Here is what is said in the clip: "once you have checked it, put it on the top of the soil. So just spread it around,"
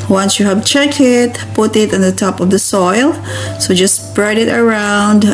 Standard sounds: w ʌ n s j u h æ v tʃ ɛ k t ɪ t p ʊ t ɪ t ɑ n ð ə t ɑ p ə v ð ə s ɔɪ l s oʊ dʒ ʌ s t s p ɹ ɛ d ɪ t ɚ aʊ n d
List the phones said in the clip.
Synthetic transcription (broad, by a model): w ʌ n s j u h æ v tʃ ɛ k ɪ t p ʊ t ɪ t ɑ n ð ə t ɑ p ə v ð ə s ɔɪ l s oʊ dʒ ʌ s s p ɹ ɛ d ɪ t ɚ aʊ n d